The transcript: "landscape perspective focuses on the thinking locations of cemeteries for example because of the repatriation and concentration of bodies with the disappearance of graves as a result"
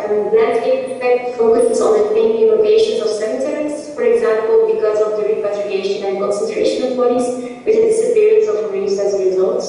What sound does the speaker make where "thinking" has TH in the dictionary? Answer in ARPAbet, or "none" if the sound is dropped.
T